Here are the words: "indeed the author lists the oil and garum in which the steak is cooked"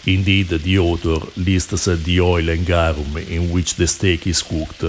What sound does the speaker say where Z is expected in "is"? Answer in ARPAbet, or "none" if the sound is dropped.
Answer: S